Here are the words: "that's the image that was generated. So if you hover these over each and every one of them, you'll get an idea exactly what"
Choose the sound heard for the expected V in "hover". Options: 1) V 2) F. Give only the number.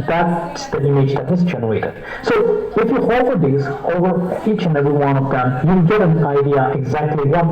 2